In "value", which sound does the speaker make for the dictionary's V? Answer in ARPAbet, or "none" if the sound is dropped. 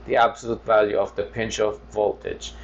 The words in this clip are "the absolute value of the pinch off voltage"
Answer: V